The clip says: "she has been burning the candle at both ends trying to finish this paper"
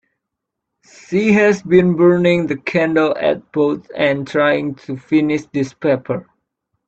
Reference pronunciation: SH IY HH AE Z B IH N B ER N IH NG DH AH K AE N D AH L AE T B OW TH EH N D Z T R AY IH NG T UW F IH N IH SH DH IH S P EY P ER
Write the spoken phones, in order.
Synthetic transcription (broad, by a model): S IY HH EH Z B IH N B ER N IH NG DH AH K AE N D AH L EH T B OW T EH N T R AY IH NG T UW F IH N IH SH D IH S P EY P ER